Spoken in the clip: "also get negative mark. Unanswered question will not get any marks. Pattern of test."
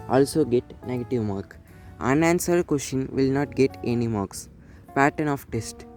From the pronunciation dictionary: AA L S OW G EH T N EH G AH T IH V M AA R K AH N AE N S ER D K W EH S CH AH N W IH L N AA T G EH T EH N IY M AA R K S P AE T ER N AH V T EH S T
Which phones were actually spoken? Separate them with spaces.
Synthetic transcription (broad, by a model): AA L S OW G EH T N EH G AH T IH V M AA R K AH N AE N S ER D K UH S SH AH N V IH L N AA T G EH T EH N IY M AA R K S P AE T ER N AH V T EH S T